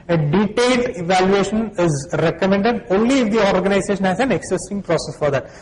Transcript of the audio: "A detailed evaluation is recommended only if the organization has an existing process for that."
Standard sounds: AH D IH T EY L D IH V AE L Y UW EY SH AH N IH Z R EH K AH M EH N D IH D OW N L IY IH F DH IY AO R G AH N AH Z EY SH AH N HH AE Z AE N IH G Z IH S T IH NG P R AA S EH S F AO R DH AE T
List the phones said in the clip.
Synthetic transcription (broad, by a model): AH D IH T EY L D IH V AE L Y UW EY SH AH N IH Z R EH K AH M EH N D IH D OW N L IY IH F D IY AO R G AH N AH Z EY SH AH N HH AE Z AE N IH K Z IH S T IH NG P R AA S EH S F AO R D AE T